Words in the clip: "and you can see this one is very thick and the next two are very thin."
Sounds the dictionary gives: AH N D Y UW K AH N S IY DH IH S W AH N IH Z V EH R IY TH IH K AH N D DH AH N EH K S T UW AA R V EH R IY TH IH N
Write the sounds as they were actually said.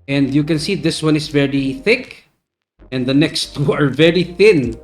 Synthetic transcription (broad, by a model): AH N D Y UW K AH N S IY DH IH S W AH N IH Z V EH R IY TH IH K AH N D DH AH N EH K S T UW AA R V EH R IY TH IH N